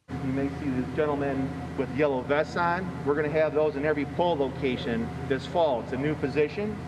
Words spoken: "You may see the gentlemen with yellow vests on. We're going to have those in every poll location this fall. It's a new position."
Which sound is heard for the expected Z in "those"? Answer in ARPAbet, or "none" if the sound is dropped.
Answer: Z